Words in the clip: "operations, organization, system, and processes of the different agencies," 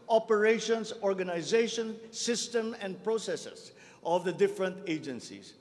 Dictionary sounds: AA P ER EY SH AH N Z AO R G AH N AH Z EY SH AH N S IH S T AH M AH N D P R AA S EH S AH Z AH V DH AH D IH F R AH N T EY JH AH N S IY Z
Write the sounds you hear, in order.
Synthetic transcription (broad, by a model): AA P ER EY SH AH N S AO R G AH N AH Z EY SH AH N S IH S T AH M AH N D P R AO S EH S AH S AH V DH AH D IH F R AH N T EY JH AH N S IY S